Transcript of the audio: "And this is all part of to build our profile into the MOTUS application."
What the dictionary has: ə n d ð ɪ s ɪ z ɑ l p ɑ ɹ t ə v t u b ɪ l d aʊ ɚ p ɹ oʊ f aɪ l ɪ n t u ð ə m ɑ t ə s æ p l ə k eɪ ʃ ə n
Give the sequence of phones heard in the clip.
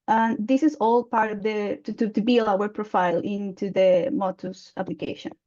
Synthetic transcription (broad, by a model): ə n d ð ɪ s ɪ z ɑ l p ɑ ɹ t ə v t u b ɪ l aʊ ɚ p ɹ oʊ f aɪ l ɪ n t u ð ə m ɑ t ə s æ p l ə k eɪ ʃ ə n